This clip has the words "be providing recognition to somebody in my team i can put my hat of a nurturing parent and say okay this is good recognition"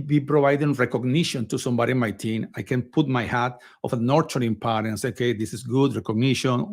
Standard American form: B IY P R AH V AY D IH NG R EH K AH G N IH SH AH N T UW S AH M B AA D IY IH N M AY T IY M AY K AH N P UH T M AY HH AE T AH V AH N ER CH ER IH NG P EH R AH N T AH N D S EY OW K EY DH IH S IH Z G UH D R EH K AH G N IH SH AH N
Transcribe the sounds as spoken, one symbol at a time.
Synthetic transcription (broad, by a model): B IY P R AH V AY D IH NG R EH K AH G N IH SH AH N T UW S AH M B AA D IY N M AY T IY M AY K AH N P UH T M AY HH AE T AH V AH N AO CH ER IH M P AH T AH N S EY OW K EY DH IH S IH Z G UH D R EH K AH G N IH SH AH N